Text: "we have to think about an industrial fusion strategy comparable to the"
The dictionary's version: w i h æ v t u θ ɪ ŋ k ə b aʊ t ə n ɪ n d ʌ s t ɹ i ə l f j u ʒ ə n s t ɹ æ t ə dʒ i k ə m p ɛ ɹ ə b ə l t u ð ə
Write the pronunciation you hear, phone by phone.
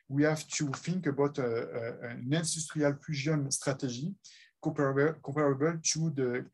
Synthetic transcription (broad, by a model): w i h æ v t u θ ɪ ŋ k ə b aʊ t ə n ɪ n d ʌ s t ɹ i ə l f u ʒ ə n s t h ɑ t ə ʒ i k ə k p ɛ ɹ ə b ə l t u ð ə